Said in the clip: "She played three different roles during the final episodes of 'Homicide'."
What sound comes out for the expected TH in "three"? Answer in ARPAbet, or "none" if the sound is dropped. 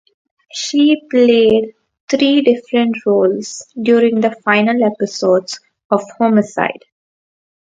T